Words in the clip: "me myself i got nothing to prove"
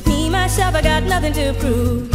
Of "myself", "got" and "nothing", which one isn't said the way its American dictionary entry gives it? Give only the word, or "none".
myself